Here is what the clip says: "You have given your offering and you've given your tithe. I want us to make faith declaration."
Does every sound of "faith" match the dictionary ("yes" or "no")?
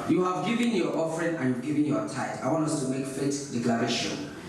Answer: no